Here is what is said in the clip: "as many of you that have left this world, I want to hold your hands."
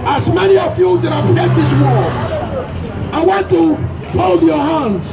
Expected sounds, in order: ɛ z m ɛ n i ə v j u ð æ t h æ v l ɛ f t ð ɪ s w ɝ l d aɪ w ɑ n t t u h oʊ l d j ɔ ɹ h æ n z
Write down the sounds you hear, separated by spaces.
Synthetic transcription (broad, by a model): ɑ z m ɛ n i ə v j u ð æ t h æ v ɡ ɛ t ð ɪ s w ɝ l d aɪ w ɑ n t t u h oʊ l d j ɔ h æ n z